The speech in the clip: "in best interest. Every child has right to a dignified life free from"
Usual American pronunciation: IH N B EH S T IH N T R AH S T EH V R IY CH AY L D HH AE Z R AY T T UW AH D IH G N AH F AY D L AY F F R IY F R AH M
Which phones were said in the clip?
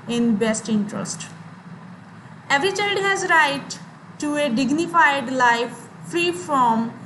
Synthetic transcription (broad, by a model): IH N B EH S T IH N T R AH S T EH V R IY CH AY L D HH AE Z R AY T T UW AH D IH G N AH F AY D L AY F F R IY F R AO M